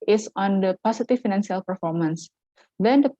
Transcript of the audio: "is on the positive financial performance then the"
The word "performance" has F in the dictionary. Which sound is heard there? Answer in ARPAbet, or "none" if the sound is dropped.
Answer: F